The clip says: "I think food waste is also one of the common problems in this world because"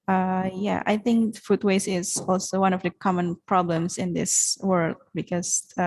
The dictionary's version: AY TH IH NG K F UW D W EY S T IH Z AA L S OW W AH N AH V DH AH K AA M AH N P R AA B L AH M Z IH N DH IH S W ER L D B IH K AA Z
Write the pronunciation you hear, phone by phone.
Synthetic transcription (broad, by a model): AY TH IH NG K F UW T W EY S IH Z AA L S OW W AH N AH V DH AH K AA M AH N P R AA B L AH M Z IH N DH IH S W ER L D B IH K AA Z